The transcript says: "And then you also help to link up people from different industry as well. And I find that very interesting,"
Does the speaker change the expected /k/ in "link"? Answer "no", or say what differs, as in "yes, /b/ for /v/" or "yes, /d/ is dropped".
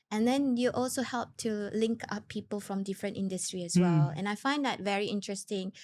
no